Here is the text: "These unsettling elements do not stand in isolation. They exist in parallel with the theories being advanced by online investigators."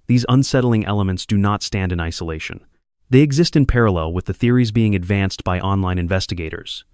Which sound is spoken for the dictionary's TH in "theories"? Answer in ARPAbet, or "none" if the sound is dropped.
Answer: TH